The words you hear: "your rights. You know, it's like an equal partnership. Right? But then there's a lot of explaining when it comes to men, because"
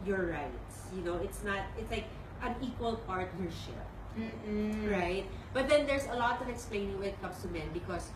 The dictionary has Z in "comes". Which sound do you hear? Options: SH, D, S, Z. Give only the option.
S